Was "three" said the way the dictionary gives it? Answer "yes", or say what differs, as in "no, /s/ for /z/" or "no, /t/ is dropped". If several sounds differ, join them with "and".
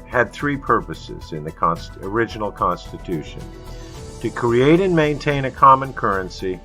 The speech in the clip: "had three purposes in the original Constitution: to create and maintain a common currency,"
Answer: yes